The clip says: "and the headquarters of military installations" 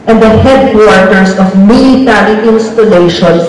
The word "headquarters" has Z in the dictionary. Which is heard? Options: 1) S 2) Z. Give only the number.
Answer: 1